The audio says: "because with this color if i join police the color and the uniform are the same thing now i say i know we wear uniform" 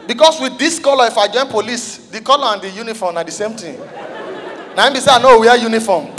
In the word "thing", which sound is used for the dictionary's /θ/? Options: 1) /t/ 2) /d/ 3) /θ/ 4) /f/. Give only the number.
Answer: 1